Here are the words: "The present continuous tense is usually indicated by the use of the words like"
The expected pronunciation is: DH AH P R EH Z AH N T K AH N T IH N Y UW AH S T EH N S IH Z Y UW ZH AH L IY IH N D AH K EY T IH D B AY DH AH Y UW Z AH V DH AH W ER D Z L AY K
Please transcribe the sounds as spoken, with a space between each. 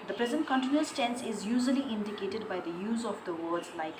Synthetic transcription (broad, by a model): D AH P R EH Z AH N T K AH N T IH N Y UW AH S T EH N S IH Z Y UW ZH AH L IY IH N D AH K EY T IH D B AY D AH Y UW Z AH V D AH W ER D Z L AY K